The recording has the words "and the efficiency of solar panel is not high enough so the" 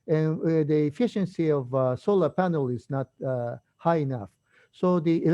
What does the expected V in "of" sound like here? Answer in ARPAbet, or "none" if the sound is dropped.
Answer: V